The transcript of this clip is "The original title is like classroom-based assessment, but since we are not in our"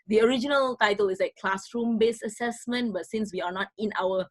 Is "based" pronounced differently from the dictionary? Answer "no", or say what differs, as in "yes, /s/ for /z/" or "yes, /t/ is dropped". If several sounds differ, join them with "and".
yes, /t/ is dropped